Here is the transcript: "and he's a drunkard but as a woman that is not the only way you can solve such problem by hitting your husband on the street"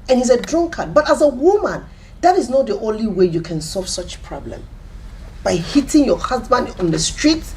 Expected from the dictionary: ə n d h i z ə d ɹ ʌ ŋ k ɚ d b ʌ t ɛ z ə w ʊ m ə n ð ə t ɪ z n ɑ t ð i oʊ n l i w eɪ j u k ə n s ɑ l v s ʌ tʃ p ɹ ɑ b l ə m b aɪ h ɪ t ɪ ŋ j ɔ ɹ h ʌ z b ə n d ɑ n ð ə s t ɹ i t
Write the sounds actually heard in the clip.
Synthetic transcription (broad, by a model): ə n h i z ə d ɹ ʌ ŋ k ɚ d b ʌ t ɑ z ə w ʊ m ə n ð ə t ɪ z n ɑ t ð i oʊ n l i w eɪ j u k ə n s ɑ l v s ʌ tʃ p ɹ ɑ b l ə m b aɪ h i t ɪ ŋ j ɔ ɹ h ʌ z b ə n d ɑ n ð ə s t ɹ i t